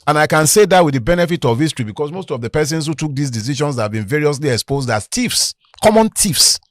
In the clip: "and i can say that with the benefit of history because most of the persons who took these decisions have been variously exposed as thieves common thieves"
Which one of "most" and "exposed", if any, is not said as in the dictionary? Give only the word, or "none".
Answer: none